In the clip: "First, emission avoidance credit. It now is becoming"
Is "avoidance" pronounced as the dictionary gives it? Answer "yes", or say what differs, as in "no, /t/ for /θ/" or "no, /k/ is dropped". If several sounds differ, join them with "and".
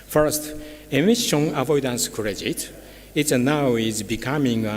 yes